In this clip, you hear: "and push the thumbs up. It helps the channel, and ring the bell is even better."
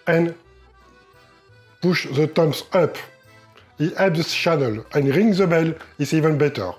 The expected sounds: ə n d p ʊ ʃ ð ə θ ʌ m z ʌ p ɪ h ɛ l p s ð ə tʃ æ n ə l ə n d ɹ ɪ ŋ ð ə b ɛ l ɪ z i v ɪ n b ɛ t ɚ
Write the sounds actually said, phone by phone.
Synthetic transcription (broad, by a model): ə n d p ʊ ʃ ð ə t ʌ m s ʌ p ɪ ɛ p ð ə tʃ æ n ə l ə n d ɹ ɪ ŋ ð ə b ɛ l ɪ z i v ɪ n b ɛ t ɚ